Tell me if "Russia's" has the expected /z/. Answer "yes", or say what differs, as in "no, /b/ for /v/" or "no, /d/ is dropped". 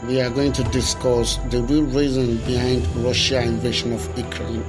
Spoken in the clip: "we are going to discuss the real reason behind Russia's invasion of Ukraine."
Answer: no, /z/ is dropped